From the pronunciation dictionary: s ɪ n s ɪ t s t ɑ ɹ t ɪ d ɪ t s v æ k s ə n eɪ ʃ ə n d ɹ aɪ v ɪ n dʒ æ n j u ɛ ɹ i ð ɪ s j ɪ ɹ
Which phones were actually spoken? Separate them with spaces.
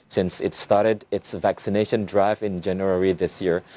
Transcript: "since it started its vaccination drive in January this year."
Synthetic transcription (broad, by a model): s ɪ n s ɪ t s t ɑ ɹ t ɪ d ɪ t s v æ k s ə n eɪ ʃ ə n d ɹ aɪ v ɪ n dʒ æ n j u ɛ ɹ i ð ɪ s j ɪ ɹ